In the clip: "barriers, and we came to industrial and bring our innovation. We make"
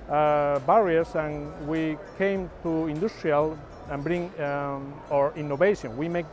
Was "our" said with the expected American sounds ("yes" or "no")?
yes